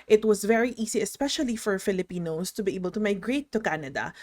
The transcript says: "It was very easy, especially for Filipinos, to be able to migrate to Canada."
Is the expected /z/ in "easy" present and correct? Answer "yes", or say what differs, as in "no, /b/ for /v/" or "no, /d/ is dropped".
no, /s/ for /z/